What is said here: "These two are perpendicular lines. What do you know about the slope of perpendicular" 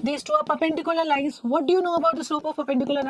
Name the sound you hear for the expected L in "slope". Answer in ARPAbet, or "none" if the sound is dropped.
none